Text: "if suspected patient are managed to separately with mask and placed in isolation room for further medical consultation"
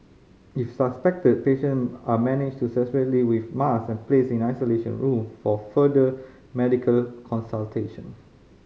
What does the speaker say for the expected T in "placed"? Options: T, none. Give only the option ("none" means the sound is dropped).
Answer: none